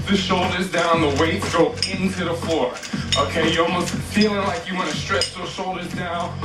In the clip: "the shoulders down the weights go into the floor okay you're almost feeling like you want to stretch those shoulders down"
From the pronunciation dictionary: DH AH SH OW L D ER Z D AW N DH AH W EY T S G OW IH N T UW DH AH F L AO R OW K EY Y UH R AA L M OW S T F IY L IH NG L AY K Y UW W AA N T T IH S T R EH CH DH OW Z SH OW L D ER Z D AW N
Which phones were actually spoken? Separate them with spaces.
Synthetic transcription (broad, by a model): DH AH SH OW L D ER Z D AW N DH AH W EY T G OW IH N T UW DH AH F L AO R OW K EY Y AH R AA L M OW S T F IY L IH NG L AY K Y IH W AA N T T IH S T R EH CH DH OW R SH OW L D ER Z D AW N